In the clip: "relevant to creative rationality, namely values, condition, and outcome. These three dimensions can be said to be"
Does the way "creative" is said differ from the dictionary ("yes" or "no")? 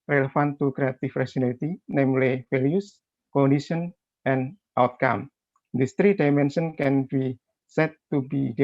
yes